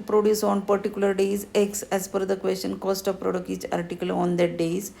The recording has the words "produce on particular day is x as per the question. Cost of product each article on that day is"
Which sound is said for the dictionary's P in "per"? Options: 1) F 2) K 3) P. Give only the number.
1